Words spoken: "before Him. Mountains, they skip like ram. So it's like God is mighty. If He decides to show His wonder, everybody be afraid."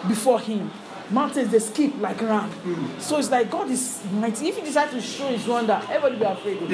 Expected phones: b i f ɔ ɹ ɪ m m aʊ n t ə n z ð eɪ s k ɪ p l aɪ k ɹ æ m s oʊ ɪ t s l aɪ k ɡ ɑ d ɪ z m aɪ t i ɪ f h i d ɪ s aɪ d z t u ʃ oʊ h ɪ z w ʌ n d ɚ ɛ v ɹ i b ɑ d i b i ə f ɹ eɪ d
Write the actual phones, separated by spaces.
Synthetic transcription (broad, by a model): b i f ɔ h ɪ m m aʊ n t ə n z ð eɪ s k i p l aɪ k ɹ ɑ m s oʊ ɪ t s l aɪ k ɡ ɑ d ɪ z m aɪ t i ɪ f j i d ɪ s aɪ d t u ʃ oʊ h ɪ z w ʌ n d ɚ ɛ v i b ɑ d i b i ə f ɹ eɪ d